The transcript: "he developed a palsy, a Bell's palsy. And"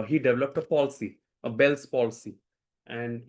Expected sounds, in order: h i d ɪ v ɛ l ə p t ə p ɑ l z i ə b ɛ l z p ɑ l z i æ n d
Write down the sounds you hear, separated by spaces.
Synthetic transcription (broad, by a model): h i d ɪ v ɛ l ə p t ə p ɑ l s i ə b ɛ l s p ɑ l s i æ n d